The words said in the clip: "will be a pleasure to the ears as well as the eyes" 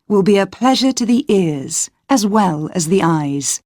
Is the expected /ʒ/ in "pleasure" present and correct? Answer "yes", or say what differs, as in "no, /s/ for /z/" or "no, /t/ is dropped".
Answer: yes